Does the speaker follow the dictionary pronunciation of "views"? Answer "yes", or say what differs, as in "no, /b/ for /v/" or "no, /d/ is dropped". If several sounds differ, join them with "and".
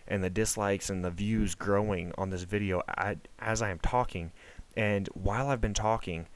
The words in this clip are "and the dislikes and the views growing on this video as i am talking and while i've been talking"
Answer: yes